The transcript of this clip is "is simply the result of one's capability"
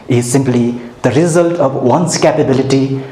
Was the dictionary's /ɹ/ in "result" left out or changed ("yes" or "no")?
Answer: no